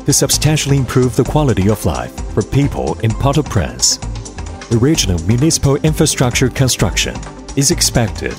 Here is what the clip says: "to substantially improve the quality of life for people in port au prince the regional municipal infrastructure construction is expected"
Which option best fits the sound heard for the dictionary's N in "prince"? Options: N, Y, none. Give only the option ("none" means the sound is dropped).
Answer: none